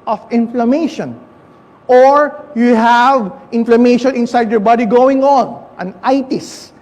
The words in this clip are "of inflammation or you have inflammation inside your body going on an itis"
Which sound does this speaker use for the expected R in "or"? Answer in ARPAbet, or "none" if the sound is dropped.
R